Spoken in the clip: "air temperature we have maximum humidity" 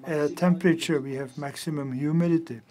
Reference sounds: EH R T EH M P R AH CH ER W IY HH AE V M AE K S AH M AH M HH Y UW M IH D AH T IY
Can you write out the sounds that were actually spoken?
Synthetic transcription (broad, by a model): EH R T EH M P R AH CH ER W IY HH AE V M AE K S AH M AH M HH Y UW M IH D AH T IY